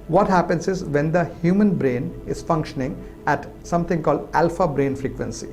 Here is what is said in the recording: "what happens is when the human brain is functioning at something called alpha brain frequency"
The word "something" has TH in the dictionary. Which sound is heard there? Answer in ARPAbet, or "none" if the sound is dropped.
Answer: T